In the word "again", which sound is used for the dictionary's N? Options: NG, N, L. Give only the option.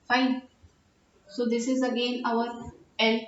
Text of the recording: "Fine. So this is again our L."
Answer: N